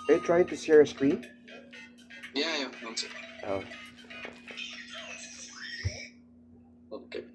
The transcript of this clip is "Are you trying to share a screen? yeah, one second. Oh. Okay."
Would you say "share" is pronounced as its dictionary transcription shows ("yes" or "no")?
no